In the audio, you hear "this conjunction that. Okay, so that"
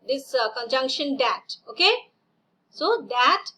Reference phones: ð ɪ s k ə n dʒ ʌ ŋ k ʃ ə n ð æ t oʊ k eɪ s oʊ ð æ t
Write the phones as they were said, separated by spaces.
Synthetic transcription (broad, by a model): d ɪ s k ə n dʒ ʌ ŋ k ʃ ə n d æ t oʊ k eɪ s oʊ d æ t